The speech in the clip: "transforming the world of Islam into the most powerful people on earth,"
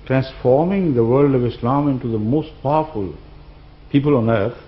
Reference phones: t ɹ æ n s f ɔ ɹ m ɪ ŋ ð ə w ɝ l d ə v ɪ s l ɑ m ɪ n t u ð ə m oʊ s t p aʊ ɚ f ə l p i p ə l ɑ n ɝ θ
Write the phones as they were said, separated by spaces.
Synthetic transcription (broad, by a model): t ɹ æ n s f ɔ ɹ m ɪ ŋ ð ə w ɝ l d ə v ɪ s l ɑ m ɪ n t u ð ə m oʊ s t p aʊ ɚ f ə l p i p ə l ɑ n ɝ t